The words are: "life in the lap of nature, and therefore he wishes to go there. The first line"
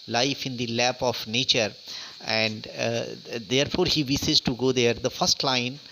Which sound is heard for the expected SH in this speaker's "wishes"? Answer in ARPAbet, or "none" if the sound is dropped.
S